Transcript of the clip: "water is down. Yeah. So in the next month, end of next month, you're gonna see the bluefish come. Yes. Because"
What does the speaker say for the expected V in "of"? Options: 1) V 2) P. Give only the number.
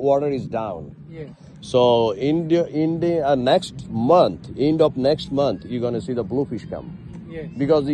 2